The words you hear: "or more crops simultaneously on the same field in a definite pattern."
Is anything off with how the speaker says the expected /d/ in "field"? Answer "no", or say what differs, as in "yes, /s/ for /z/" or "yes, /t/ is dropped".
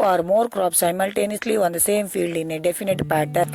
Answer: no